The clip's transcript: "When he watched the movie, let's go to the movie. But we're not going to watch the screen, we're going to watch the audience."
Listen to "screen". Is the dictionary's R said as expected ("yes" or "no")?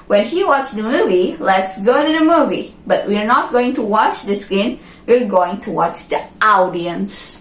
no